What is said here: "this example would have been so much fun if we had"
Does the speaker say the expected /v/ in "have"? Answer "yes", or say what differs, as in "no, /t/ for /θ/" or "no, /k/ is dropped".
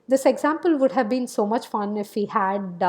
yes